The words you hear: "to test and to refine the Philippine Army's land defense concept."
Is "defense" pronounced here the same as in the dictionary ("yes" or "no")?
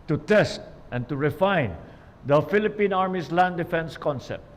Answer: yes